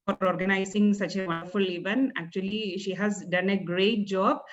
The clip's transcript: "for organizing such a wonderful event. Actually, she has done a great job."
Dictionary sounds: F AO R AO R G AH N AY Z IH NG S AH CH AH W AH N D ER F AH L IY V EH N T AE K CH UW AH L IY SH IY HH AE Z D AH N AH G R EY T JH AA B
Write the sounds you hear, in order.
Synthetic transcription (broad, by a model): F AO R AO R G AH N AY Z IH NG S AH CH AH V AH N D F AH L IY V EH N AE K CH UW AH L IY SH IY HH AE Z D AH N AH G R EY T JH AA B